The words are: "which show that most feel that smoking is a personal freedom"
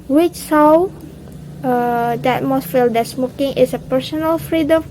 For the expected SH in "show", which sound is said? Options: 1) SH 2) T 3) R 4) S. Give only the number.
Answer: 4